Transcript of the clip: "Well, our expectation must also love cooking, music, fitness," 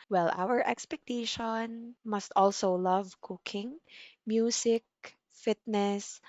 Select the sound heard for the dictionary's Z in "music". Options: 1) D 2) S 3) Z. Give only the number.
2